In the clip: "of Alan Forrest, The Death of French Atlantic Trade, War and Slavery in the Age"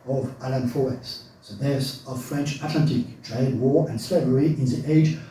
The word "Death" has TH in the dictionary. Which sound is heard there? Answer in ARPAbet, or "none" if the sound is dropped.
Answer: S